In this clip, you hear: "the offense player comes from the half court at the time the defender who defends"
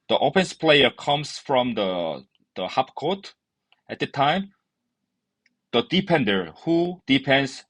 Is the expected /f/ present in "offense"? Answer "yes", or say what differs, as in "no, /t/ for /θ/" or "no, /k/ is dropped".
no, /p/ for /f/